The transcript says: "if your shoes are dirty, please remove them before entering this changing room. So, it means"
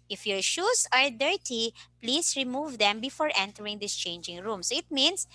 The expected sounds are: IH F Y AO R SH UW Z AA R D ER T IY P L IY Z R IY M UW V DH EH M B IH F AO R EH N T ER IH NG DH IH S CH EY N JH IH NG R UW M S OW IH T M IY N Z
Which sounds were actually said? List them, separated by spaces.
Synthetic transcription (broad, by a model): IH F Y AO R SH UW S AA R D ER T IY P L IY S R IY M UW V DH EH M B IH F AO R EH N T ER IH NG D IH S CH EY N JH IH NG R UW M S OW IH T M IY N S